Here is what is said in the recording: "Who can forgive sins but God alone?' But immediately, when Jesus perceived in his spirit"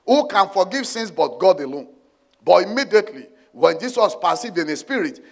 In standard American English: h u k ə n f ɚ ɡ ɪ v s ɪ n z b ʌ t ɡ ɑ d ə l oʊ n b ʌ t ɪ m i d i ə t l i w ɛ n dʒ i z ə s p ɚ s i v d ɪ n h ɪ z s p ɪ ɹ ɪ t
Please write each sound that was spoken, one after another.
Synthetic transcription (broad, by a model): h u k ə n f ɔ ɡ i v s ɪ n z b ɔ t ɡ ɑ d ə l oʊ n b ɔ t ɪ m i d i ə t l i w ɛ n dʒ i s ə s p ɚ s i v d ɪ n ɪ s p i ɹ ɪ t